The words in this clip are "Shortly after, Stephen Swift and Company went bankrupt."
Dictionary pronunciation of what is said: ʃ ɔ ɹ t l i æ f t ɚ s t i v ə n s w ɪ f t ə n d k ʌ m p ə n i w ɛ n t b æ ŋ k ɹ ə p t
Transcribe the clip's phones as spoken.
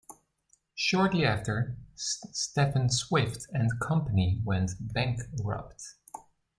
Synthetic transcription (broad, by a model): ʃ ɔ ɹ t l i æ f t ɚ s t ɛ f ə n s w ɪ f t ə n k ʌ m p ə n i w ɛ n t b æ ŋ k ɹ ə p t